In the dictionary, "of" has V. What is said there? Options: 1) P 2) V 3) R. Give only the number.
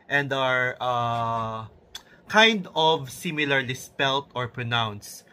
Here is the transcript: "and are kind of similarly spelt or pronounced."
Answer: 2